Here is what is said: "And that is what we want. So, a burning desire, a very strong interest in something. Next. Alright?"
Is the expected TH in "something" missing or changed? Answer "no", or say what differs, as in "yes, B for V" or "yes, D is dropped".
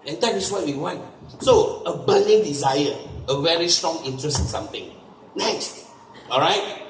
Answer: yes, T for TH